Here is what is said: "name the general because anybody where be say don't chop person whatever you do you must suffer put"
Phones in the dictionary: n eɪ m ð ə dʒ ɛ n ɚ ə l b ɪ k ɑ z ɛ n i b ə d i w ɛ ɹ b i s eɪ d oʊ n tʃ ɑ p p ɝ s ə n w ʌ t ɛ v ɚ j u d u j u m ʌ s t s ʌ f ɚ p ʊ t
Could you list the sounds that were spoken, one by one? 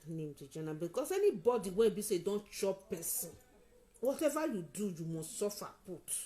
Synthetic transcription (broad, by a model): n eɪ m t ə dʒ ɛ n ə b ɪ k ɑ s ɛ n i b ə d i w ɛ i b i s eɪ d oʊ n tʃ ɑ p p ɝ s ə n w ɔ t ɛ v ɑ j u d u j u m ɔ s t s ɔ f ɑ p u t